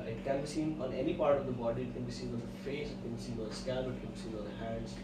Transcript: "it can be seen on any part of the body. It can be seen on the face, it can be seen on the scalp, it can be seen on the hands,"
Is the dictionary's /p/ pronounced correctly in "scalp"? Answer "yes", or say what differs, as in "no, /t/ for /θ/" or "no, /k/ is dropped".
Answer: no, /p/ is dropped